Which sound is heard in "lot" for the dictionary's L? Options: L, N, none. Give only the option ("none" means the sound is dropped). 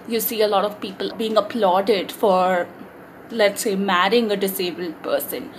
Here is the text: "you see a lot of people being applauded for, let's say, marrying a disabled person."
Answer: L